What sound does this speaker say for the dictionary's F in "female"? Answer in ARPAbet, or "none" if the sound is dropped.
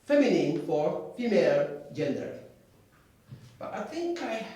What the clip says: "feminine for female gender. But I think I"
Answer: F